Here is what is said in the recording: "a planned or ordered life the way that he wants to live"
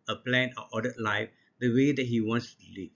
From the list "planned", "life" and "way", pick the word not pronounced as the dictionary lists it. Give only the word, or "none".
planned